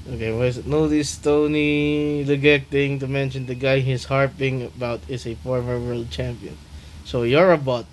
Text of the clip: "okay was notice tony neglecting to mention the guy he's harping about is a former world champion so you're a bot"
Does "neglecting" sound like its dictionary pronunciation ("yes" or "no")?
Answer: no